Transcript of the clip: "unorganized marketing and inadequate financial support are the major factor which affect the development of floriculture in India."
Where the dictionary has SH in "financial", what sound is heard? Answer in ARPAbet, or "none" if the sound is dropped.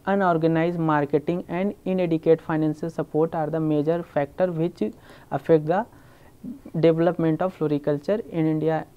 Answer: S